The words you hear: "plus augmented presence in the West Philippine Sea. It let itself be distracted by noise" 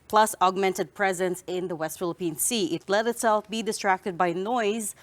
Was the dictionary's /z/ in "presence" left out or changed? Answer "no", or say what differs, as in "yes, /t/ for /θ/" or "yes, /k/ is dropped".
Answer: no